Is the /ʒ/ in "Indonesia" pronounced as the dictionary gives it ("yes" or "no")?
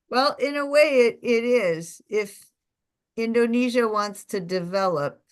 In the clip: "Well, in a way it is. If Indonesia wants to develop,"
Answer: yes